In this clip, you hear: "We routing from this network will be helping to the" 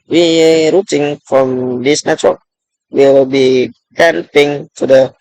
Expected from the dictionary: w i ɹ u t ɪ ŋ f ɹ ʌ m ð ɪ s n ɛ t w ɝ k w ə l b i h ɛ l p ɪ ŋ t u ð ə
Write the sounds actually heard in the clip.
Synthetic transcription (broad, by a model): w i ɹ u t ɪ ŋ f ɹ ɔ m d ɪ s n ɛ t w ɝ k w ə l b i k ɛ n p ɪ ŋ t u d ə